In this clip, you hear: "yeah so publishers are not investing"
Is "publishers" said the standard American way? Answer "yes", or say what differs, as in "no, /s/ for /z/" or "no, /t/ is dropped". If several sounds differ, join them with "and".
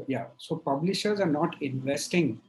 yes